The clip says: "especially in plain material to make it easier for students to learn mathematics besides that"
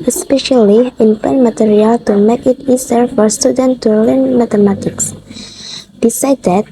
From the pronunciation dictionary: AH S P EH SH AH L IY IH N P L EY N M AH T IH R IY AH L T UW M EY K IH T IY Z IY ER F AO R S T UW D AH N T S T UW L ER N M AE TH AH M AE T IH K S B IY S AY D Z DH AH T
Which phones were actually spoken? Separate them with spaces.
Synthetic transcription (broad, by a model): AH S P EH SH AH L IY IH N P EY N M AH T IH R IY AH L T UW M EY K IH T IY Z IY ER F AO R S T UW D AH N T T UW L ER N M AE T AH M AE T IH K S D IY S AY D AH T